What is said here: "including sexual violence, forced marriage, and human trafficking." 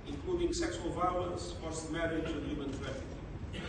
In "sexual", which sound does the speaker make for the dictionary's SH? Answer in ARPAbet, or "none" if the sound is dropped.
S